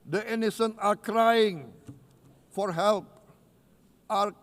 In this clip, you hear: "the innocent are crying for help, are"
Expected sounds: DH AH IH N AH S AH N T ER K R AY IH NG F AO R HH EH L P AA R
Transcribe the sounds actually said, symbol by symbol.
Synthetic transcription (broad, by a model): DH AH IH N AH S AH N AA K R AY IH NG F AO R HH EH L P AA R